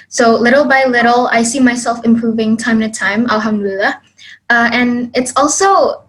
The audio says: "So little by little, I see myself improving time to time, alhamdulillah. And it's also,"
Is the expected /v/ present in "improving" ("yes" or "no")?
yes